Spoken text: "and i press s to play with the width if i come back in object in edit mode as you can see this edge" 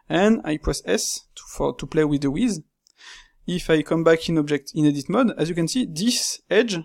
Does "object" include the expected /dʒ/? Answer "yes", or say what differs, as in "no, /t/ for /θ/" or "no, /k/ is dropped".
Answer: yes